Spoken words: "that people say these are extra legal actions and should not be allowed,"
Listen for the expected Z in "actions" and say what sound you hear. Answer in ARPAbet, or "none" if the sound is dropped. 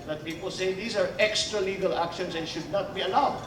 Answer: S